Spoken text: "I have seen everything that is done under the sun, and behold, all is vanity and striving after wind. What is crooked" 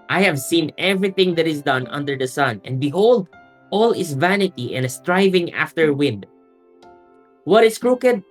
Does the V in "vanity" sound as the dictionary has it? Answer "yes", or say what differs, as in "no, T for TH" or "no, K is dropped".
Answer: yes